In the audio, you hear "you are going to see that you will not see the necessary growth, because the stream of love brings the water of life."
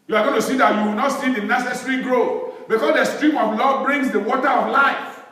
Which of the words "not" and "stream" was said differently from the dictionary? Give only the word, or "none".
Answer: none